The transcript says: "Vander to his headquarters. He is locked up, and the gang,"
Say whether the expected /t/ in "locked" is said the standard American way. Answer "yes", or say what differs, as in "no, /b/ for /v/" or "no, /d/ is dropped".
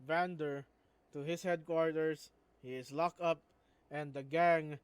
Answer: no, /t/ is dropped